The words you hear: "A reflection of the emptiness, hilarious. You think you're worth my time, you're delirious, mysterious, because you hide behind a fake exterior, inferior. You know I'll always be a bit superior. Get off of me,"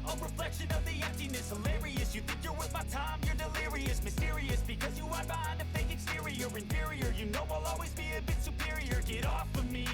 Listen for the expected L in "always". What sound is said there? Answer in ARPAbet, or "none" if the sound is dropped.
L